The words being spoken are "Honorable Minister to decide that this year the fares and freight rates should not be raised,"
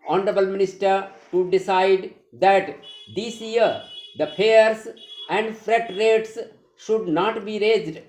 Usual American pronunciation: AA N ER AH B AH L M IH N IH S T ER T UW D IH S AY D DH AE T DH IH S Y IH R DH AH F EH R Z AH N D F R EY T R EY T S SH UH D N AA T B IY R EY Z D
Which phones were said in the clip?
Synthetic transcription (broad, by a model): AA N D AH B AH L M IH N IH S T ER T UW D IH S AY D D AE T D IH S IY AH R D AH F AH R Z AH N D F R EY T R EY T S SH UH D N AA T B IY R EY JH D